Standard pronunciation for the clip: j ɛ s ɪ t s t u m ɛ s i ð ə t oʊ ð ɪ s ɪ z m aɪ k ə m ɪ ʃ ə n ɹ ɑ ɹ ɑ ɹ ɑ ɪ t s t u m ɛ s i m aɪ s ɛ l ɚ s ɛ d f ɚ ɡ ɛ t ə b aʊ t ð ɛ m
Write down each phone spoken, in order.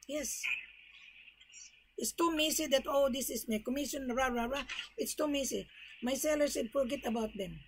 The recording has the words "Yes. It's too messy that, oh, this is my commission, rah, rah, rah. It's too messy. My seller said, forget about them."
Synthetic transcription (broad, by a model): j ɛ s ɪ t s t u m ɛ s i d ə t oʊ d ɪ s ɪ s m aɪ k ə m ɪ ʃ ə n ɹ ɑ ɹ ɑ ɹ ɑ ɪ t s t u m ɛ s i m aɪ s ɛ l ɚ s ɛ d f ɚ ɡ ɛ t ə b aʊ t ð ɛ m